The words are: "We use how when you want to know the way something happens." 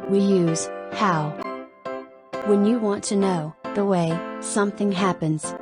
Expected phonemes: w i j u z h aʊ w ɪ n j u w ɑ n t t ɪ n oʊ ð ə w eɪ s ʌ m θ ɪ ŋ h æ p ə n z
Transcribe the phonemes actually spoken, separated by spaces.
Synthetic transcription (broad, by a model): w i j u z h aʊ w ɪ n j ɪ w ɑ n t t ɪ n oʊ ð ə w eɪ s ʌ m θ ɪ ŋ h æ p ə n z